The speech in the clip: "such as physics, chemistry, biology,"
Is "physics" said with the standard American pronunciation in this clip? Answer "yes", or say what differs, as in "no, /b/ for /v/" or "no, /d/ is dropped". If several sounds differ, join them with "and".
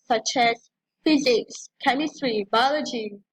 yes